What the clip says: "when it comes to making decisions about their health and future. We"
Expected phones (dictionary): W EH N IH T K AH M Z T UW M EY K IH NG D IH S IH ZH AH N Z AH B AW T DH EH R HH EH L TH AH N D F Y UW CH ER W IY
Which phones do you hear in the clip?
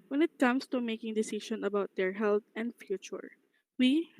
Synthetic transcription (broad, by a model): W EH N IH T K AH M S T UW M EY K IH NG D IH S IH SH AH N AH B AW T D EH R HH EH L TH AH N D F Y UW CH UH W IY